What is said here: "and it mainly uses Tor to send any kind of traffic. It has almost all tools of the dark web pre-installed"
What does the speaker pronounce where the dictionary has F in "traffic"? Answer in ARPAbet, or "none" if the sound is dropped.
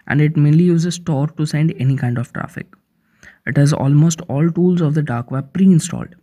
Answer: F